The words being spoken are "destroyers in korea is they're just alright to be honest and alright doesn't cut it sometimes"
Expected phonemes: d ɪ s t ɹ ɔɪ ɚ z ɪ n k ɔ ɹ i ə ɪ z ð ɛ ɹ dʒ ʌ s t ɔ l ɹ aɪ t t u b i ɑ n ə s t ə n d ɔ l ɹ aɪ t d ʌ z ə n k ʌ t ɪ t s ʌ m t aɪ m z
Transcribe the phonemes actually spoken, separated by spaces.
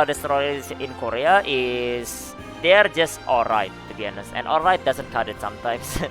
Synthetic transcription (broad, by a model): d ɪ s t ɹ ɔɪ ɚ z ɪ n k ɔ ɹ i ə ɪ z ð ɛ ɹ dʒ ʌ s t ɔ l ɹ aɪ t t u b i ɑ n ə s ə n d ɔ l ɹ aɪ t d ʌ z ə n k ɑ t ɪ t s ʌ m t aɪ m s